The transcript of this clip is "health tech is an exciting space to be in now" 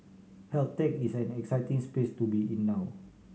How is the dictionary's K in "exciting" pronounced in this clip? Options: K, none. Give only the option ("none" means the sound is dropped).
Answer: K